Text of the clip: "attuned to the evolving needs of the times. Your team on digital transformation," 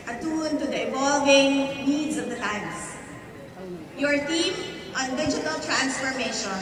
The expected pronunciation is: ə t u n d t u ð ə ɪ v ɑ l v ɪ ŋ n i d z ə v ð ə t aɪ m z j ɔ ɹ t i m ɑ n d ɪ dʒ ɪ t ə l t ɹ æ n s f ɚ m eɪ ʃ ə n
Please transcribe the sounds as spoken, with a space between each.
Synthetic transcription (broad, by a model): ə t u n t u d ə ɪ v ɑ l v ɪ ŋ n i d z ə v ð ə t aɪ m s j ɔ ɹ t i m ɑ n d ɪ dʒ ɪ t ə l t ɹ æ n s f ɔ m eɪ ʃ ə n